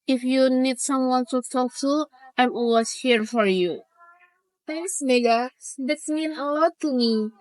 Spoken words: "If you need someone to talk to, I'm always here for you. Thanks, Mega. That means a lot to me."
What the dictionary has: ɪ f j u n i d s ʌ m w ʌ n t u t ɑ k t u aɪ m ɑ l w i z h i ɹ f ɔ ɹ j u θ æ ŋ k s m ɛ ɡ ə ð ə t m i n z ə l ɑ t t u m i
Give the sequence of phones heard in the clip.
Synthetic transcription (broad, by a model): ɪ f j u n i d s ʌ m w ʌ n t u t ɑ k t u aɪ m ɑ w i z h i ɹ f ɔ ɹ j u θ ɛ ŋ k s m ɛ ɡ ə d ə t m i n ə l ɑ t t u m i